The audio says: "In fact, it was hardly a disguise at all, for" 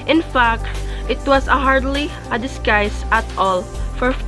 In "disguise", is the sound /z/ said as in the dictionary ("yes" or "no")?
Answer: no